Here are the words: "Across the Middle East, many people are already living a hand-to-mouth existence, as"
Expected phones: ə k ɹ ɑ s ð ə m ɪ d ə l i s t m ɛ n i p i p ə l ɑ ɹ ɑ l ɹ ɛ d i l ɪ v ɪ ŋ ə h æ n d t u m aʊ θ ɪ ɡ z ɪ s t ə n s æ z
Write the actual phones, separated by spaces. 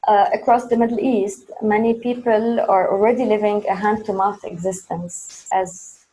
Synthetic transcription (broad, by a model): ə k ɹ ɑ s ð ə m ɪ d l i s t m ɛ n i p i p ə l ɑ ɹ ɑ l ɹ ɛ d i l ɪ v ɪ ŋ ə h æ n d t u m aʊ θ ɪ ɡ z ɪ s t ə n s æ z